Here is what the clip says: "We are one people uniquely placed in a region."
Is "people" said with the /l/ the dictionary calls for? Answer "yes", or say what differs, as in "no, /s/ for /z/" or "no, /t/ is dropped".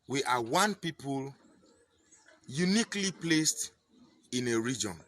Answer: yes